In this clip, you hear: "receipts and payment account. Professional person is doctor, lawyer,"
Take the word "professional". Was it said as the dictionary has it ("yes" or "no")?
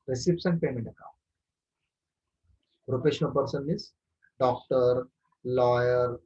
no